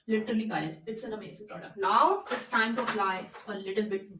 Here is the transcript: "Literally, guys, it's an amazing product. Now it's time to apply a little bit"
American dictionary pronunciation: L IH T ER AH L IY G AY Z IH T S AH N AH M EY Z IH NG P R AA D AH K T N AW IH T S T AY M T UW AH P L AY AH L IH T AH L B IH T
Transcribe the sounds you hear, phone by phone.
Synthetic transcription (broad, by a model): L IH T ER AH L IY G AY S IH T S AH N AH M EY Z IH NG P R AA D AH K T L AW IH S T AY M T UW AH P L AY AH L IH T AH L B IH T